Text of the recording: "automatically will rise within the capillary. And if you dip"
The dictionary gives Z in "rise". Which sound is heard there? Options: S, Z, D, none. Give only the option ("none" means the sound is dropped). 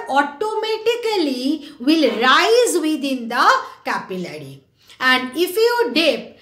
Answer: Z